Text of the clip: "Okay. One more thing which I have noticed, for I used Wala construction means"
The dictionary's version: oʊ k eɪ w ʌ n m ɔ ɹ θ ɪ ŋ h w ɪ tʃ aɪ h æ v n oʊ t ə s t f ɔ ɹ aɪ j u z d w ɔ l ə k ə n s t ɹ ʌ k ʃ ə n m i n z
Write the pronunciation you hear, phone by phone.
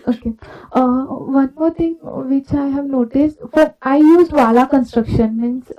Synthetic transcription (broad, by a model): oʊ k eɪ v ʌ n m ɔ ɹ t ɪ ŋ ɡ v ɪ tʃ aɪ h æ v n oʊ t ə s t f ɔ ɹ aɪ j u z d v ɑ l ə k ə n s t ɹ ʌ k ʃ ə n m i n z